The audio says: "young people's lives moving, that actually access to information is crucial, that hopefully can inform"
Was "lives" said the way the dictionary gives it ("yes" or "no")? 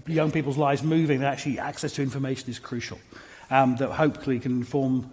yes